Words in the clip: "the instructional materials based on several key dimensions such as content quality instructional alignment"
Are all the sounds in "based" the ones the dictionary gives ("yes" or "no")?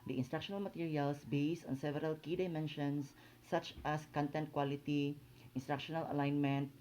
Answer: yes